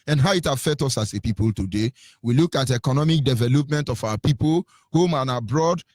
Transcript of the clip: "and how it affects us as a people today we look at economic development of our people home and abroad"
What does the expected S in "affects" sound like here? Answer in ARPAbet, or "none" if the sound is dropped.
none